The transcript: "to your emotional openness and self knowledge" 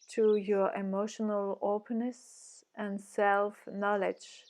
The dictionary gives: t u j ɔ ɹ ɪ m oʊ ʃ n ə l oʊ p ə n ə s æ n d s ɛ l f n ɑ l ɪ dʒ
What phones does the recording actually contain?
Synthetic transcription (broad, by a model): t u j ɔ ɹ ɪ m oʊ ʃ n ə l oʊ p ə n ə s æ n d s ɛ l f n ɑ l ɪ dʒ